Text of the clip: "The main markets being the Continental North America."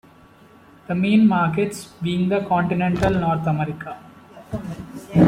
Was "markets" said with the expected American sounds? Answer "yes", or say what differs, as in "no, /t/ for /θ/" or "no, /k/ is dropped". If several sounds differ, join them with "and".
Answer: yes